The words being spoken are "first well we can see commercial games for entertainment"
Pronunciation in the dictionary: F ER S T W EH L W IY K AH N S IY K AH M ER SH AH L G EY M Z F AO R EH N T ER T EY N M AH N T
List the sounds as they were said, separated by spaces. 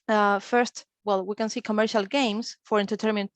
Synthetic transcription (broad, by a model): F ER S T W EH L W IY K AH N S IY K AH M ER SH AH L G EY M S F AO R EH N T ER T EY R M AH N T